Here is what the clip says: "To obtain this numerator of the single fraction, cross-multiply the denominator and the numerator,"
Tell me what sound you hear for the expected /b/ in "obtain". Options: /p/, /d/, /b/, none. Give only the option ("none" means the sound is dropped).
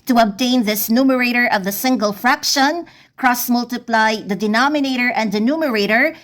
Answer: /b/